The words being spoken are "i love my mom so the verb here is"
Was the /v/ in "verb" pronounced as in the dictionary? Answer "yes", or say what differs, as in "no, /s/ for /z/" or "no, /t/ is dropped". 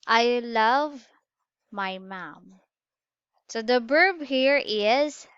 no, /b/ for /v/